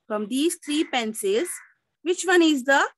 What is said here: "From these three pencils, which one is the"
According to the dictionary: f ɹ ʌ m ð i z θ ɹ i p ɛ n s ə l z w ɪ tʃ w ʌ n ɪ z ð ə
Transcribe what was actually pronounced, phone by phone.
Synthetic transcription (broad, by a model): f ɹ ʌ m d i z t ɹ i p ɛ n s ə z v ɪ tʃ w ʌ n ɪ z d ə